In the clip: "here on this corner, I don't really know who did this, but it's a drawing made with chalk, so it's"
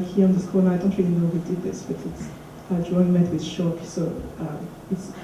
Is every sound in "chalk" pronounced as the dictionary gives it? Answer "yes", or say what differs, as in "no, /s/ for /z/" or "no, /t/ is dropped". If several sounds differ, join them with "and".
no, /ʃ/ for /tʃ/